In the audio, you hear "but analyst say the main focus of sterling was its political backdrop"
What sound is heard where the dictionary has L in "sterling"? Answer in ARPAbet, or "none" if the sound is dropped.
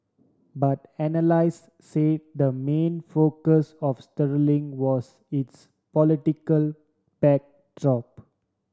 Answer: L